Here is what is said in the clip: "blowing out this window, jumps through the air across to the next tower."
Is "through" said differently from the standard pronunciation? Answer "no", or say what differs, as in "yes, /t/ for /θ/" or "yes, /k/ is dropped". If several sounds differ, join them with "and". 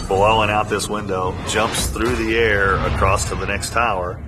no